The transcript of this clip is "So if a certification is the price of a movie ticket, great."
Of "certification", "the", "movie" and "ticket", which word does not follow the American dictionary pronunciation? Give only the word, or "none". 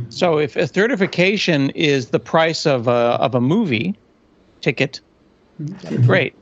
certification